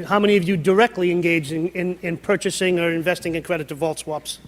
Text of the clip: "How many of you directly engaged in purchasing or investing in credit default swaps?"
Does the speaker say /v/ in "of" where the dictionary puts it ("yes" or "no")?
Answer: yes